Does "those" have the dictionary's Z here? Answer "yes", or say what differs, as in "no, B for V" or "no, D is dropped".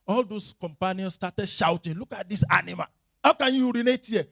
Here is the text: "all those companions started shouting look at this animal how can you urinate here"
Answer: no, S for Z